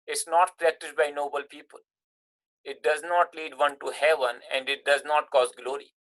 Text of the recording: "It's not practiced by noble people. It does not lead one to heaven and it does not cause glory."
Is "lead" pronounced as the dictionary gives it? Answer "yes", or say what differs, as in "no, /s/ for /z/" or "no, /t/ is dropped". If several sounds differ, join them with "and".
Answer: yes